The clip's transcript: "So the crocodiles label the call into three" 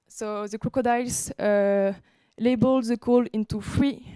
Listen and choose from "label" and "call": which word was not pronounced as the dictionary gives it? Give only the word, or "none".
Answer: none